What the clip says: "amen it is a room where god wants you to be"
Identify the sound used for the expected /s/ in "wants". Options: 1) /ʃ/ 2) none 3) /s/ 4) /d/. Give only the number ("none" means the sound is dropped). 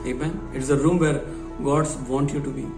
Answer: 2